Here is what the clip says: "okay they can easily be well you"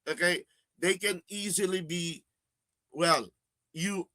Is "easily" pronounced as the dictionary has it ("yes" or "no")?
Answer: yes